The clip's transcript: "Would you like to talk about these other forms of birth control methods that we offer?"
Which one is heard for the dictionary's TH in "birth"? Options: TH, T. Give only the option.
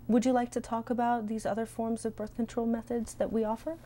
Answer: TH